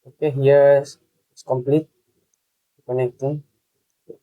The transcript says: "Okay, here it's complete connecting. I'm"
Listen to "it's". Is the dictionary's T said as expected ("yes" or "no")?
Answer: no